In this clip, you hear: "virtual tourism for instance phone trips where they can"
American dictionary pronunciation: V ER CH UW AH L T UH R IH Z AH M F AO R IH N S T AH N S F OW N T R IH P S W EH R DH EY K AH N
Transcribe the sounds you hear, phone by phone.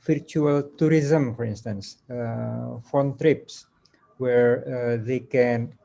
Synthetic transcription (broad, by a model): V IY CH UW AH L T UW R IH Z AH M F AO R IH N S T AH N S F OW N T R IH P S W EH R DH EY K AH N